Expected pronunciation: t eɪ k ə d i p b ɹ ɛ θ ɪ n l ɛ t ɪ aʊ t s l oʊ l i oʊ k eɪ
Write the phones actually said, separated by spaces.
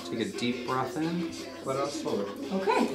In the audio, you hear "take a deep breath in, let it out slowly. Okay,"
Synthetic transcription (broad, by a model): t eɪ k ə d i p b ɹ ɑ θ ɪ n w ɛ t ɪ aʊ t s oʊ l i oʊ k eɪ